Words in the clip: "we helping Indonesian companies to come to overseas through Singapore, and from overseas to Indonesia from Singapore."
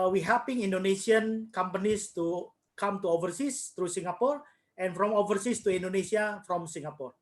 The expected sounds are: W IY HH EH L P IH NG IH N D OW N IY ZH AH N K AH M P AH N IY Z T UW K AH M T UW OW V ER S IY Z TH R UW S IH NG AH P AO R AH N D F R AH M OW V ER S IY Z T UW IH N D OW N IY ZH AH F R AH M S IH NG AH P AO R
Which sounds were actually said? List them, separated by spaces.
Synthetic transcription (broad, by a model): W IY HH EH P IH NG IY N D OW N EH S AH N K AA M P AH N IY S T UW K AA M T UW OW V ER S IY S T R UW S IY NG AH P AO R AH N F R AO M OW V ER S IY S T UW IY N D OW N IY S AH F R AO M S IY NG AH P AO R